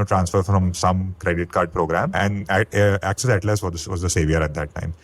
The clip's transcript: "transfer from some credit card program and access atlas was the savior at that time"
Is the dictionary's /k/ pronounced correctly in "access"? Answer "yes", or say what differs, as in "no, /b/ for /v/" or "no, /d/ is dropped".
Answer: yes